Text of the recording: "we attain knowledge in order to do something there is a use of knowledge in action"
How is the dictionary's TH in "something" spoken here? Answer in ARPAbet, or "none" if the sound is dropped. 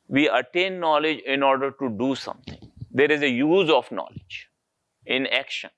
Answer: T